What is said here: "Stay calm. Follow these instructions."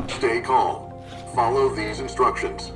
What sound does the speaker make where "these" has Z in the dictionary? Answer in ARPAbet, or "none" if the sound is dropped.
Z